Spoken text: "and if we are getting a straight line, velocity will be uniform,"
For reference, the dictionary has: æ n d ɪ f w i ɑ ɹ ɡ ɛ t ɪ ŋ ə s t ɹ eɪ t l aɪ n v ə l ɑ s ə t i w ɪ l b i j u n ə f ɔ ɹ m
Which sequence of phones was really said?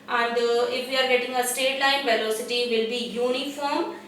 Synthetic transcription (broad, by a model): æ n d ɪ f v i ɑ ɹ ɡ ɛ t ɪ ŋ ə s t eɪ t l aɪ n v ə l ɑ s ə t i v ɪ l b i j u n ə f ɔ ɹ m